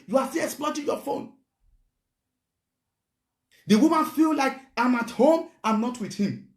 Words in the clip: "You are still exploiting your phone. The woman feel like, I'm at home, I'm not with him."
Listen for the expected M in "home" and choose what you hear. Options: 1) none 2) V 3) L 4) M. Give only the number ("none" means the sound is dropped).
4